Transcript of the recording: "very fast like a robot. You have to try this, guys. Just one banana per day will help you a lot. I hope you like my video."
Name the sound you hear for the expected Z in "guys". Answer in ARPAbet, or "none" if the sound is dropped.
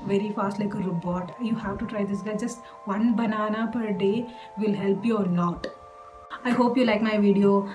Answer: none